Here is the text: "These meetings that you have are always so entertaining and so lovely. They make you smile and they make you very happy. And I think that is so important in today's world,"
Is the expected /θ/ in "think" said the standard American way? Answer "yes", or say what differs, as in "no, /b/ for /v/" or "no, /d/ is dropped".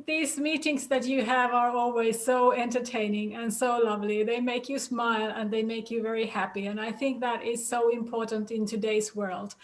yes